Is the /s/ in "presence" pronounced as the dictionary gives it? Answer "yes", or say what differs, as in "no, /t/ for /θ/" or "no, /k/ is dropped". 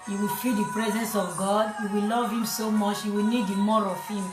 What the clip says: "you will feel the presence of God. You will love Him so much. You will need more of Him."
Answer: yes